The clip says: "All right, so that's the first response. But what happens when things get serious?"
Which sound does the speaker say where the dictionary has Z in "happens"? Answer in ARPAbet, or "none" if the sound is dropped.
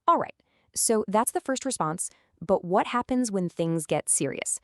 Z